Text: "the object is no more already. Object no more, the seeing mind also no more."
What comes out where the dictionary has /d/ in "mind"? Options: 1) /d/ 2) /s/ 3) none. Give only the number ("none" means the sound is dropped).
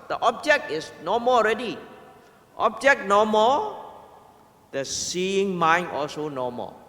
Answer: 3